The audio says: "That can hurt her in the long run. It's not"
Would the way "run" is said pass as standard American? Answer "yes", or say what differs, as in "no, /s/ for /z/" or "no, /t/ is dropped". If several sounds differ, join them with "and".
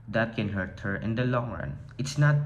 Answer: yes